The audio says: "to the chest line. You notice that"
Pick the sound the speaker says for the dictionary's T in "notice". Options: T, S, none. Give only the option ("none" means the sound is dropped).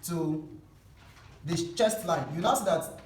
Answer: S